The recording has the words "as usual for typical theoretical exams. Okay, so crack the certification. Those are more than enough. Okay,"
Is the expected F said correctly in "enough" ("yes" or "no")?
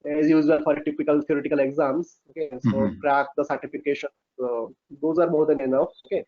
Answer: no